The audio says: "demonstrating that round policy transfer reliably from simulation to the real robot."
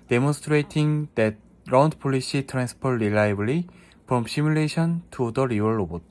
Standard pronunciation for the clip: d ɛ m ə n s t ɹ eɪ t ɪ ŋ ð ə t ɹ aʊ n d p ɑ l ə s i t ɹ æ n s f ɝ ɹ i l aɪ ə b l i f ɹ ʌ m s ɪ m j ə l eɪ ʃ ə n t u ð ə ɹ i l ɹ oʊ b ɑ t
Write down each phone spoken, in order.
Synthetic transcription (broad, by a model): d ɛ m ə n s t ɹ eɪ t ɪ ŋ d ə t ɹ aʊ n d p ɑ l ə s i t ɹ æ n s p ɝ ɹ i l aɪ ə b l i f ɹ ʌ m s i m j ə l eɪ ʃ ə n t u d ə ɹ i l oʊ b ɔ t